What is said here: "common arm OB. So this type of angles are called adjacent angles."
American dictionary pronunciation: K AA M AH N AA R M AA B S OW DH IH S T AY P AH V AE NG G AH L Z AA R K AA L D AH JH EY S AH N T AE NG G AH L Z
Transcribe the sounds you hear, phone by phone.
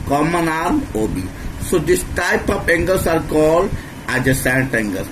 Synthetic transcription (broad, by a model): K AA M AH N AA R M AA B S OW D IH S T AY P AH P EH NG G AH L S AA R K AA L D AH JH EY S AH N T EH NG G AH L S